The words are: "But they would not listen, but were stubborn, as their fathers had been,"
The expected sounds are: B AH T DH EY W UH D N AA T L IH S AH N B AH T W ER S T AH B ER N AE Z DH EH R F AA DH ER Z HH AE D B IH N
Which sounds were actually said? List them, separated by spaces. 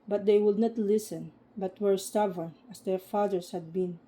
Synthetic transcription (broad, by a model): B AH T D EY W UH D N AA T L IH S AH N B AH T W ER S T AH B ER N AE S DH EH R F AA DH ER S HH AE D B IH N